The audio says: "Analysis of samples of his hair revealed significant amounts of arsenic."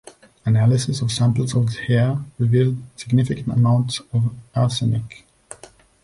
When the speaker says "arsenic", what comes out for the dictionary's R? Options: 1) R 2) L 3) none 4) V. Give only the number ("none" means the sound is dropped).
2